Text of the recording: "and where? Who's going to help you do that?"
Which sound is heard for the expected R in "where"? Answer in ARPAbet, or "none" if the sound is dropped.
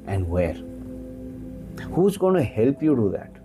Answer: R